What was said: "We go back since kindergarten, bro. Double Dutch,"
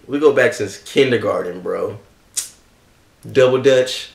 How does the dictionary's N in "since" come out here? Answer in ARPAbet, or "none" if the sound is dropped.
none